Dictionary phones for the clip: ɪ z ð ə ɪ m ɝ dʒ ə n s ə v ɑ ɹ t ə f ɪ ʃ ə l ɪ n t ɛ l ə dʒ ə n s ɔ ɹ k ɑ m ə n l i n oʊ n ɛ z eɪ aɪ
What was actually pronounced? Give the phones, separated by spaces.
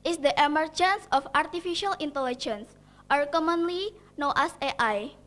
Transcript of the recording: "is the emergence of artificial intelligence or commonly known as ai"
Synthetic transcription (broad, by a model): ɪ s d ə ɪ m ɝ dʒ ə n s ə f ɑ ɹ t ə f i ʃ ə l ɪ n t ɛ l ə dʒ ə n s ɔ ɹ k ɑ m ə n l i n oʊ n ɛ s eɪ aɪ